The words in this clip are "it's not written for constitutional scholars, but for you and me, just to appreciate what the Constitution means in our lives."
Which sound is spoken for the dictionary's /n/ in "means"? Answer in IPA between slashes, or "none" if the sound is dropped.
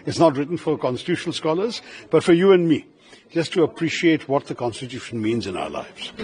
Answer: /n/